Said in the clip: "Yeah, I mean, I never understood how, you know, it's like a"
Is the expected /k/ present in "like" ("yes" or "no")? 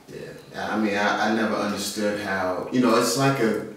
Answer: yes